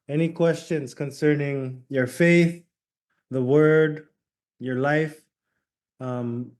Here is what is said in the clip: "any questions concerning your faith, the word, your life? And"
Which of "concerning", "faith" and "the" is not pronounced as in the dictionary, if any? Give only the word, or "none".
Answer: none